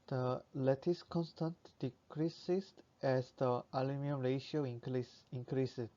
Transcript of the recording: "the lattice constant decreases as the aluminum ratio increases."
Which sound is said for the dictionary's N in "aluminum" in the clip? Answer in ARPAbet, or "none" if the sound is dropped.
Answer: none